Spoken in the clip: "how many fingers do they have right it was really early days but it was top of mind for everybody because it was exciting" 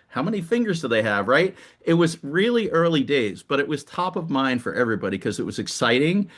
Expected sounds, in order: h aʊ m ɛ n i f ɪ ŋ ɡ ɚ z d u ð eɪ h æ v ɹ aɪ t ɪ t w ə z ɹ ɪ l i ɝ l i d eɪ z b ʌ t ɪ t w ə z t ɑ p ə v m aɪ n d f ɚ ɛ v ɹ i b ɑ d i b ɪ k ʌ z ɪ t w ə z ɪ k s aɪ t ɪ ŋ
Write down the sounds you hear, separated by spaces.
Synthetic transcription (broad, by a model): h aʊ m ɛ n i f ɪ ŋ ɡ ɚ z d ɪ ð eɪ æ v ɹ aɪ t ɪ t w ə z ɹ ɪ l i ɝ l i d eɪ z b ʌ t ɪ t w ə z t ɑ p ə v m aɪ n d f ɚ ɛ v ɹ i b ɑ d i k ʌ z ɪ t w ə z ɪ k s aɪ t ɪ ŋ